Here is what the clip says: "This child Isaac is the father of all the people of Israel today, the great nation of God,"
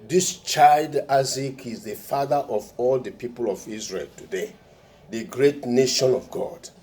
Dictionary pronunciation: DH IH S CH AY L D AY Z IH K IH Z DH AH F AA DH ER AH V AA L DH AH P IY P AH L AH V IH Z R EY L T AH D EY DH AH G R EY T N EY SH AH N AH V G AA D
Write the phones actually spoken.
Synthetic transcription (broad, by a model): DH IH S CH AY L D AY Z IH K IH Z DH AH F AA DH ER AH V AA L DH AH P IY P AH L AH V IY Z R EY L T AH D EY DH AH G R EY T N EY SH AH N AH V G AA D